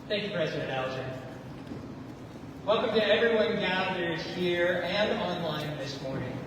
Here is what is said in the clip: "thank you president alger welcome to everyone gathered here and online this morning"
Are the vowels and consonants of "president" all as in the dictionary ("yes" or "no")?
yes